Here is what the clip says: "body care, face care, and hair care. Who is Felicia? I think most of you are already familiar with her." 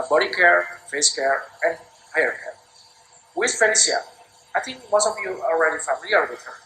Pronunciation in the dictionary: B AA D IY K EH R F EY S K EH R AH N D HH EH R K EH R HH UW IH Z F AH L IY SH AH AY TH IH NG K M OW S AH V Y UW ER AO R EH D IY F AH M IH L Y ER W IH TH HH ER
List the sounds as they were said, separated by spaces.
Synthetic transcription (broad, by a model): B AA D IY K EH R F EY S K EH R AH N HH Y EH R K EH R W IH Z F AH N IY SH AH AY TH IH NG K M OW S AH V Y UW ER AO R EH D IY F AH M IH L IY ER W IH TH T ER